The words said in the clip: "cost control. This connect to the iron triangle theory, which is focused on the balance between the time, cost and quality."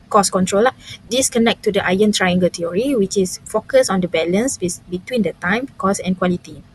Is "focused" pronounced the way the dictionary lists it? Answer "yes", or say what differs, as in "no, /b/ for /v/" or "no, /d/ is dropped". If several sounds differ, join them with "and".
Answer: no, /t/ is dropped